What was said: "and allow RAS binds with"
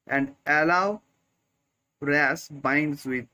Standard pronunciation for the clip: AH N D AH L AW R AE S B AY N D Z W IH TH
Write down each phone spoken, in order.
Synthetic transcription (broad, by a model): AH N D AH L AW R AE S B AY N D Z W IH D